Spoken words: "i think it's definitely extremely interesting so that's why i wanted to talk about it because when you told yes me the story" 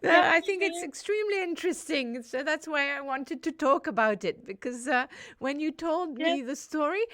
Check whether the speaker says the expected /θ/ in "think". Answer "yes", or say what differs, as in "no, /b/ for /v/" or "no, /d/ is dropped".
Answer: yes